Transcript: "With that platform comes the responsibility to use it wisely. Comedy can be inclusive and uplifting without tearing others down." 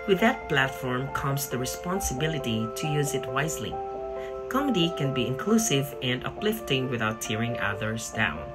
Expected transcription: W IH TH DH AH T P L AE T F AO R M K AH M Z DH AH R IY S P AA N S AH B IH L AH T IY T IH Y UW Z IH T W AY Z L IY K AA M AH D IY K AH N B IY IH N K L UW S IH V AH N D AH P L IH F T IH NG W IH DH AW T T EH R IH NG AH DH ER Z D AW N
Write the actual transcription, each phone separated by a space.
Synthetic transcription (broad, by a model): W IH DH AH T P L AE T F AO R M K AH M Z DH AH R IY S P AA N S AH B IH L AH T IY T IH Y UW Z IH T W AY Z L IY K AA M AH D IY K AH N B IY IH N K L UW S IH V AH N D AH P L IH F T IH NG W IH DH AW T T EH R IH NG AH DH ER Z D AW N